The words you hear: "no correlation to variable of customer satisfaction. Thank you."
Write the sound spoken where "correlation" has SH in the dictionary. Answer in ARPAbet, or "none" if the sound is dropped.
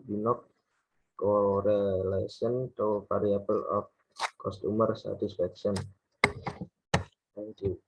S